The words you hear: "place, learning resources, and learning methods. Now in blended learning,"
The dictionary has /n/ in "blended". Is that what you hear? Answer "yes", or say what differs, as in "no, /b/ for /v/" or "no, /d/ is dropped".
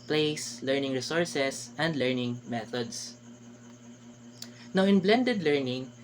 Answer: yes